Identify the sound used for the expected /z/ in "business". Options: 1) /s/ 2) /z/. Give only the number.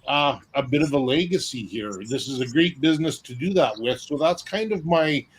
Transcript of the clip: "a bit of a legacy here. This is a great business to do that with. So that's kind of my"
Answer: 2